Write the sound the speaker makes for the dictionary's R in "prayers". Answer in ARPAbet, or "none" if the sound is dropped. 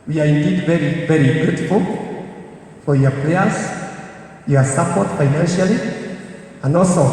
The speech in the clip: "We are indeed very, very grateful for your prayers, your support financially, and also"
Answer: L